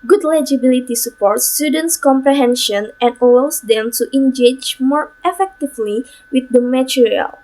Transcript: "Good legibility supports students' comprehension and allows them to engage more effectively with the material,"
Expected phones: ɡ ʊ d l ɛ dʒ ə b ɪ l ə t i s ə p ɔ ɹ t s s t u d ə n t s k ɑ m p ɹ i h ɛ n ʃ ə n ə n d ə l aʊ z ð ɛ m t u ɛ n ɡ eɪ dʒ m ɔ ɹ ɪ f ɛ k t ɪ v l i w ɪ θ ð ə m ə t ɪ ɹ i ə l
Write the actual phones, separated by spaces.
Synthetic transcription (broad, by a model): ɡ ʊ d l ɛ dʒ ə b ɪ l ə t i s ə p ɔ ɹ t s s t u d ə n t s k ɑ m p ɹ i h ɛ n ʃ ə n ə n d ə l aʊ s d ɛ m t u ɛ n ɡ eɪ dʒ m ɔ ɹ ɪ f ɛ k t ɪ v l i w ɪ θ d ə m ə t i ɹ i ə l